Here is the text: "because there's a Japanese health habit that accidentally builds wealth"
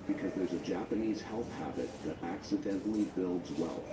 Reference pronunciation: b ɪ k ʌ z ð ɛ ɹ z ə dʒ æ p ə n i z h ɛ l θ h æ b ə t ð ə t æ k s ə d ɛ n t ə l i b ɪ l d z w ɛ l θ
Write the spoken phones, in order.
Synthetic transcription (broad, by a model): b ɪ k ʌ z ð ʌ ɹ z ə dʒ æ p ə n i z h ɛ l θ h æ b ə t ð ə t æ k s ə d ɛ n t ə l i b ɪ l d z w ɛ l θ